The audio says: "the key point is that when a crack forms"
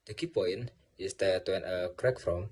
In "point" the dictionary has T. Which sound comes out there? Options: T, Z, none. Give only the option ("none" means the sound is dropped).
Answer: none